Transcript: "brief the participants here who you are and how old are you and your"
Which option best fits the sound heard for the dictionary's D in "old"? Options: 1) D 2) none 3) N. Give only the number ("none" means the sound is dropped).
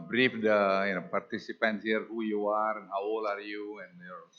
2